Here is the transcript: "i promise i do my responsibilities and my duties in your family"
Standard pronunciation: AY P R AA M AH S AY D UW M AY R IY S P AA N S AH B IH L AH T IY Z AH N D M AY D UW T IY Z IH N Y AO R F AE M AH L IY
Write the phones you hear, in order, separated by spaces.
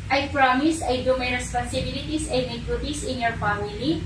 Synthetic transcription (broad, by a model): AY P R AA M AH S AY D UW M AY R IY S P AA N S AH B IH L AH T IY S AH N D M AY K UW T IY S IH N Y AO R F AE M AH L IY